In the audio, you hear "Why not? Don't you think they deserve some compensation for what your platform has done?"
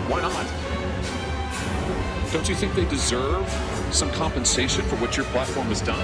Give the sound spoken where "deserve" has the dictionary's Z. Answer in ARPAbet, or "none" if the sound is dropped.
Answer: Z